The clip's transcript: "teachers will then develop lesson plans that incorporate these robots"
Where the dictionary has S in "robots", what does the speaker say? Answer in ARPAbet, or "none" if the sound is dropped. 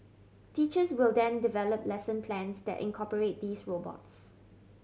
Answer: S